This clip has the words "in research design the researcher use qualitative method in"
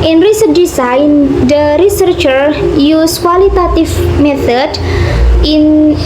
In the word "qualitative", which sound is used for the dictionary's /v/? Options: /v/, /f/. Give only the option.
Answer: /f/